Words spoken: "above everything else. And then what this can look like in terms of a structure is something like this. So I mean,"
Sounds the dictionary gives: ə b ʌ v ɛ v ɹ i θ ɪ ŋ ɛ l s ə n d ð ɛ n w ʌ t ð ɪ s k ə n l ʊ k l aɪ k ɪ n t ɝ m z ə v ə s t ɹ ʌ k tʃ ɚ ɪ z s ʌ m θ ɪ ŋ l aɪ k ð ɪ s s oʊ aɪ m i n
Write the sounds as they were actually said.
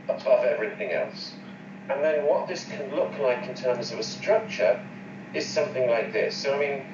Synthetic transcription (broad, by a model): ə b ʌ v ɛ v ɹ i θ ɪ ŋ ɛ l s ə n ð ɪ n w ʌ t ð ɪ s k ə n l ʊ k l aɪ k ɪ n t ɝ m z ə v ə s t ɹ ʌ k tʃ ɚ ɪ z s ʌ m θ ɪ ŋ l aɪ k ð ɪ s s oʊ aɪ m i n